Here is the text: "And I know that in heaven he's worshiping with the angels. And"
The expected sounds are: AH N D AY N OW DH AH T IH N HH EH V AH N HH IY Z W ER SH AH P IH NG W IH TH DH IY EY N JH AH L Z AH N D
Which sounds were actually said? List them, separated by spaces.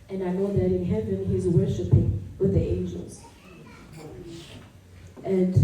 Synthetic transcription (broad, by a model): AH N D AY N OW DH AH T IH N HH EH V AH N HH IY Z W ER SH AH P IH NG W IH DH IY EY N JH AH L Z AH N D